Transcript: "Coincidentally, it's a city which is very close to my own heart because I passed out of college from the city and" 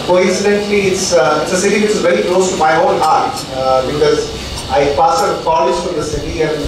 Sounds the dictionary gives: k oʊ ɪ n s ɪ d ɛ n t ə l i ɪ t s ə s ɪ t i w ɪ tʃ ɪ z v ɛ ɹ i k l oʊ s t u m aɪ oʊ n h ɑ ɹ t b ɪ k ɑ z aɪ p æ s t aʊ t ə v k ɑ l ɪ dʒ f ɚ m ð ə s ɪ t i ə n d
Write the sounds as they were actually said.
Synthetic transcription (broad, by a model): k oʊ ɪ n s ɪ d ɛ n t l i ɪ t s ə s ɪ t i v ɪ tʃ ɪ z v ɛ ɹ i k l oʊ s t u m aɪ oʊ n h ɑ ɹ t b ɪ k ɑ z aɪ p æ s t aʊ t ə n k ɑ l ɪ dʒ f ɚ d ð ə s ɪ t i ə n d